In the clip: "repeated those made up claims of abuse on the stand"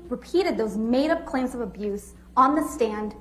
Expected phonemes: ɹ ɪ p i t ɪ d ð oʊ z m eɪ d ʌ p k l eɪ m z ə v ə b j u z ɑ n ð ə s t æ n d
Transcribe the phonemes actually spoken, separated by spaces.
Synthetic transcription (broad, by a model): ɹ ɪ p i t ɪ d ð oʊ z m eɪ d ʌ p k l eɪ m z ə v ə b j u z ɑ n ð ə s t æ n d